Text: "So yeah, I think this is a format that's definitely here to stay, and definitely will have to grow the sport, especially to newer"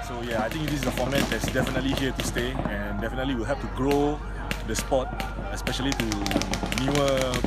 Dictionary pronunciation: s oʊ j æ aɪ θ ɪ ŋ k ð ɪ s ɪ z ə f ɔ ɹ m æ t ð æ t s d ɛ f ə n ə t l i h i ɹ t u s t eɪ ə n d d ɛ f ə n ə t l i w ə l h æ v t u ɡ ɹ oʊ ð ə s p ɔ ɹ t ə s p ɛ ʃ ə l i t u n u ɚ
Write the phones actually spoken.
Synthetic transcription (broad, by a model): s oʊ j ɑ aɪ t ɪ ŋ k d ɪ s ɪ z ə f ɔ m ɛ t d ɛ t s d ɛ f ə n ə t l i h i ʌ t u s t eɪ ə n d d ɛ f ə n ə t l i w ə l h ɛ p t u ɡ ɹ oʊ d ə s p ɔ t ə s p ɛ ʃ ə l i t u n u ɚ